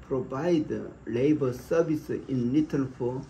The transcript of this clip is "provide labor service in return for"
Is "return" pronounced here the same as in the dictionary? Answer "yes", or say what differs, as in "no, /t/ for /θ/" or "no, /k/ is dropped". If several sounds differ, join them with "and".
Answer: no, /l/ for /ɹ/